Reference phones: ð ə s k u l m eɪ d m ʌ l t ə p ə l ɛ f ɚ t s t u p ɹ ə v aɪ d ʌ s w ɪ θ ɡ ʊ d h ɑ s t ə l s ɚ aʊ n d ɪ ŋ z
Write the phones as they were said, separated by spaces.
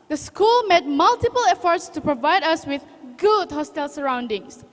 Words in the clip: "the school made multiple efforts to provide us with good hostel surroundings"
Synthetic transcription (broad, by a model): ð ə s k u l m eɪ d m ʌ l t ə p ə l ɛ f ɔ t s t u p ɹ ə v aɪ d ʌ s w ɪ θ ɡ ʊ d h ɑ s t ə l s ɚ aʊ n d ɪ ŋ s